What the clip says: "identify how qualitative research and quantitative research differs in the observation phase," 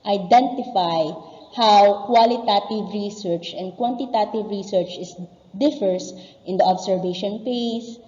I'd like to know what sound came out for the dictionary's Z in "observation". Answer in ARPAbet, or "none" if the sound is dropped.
S